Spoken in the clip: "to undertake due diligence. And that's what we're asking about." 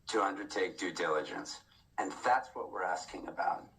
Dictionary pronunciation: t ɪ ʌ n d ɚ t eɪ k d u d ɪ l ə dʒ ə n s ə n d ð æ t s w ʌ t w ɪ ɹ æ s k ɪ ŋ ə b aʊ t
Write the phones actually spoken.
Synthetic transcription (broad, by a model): t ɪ ʌ n d ɚ t eɪ k d u d ɪ l ə dʒ ə n s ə n ð æ t s w ʌ t w ɪ ɹ æ s k ɪ ŋ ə b aʊ t